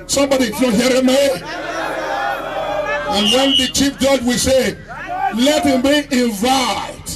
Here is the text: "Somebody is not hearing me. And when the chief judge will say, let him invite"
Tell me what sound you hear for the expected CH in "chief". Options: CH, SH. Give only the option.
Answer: CH